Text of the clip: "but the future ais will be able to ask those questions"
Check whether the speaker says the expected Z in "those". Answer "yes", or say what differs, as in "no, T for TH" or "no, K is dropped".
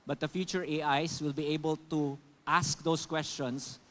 no, S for Z